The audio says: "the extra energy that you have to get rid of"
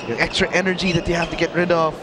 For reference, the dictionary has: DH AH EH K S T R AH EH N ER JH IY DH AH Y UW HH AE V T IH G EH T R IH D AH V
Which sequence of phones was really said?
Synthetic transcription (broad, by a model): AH EH K S T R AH EH N ER JH IY DH AH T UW HH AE F T IH G EH T R IH D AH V